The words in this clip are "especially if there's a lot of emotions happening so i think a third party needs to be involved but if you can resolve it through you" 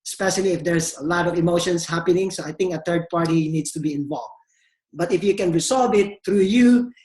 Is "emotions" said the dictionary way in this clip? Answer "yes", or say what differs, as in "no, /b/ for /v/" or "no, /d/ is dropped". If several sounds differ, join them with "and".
no, /s/ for /z/